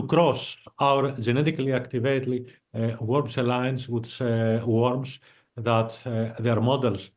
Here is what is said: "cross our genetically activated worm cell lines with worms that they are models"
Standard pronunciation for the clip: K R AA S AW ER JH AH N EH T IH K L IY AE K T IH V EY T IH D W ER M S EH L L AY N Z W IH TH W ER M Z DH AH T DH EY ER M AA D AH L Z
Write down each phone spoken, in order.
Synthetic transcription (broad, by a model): K R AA S AW ER JH AH N EH T IH K L IY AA K T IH V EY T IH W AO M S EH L L AY N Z W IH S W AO M S DH AH T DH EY ER M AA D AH L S